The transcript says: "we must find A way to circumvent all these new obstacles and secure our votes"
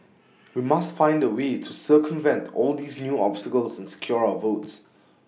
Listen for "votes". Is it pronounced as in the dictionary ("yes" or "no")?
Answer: yes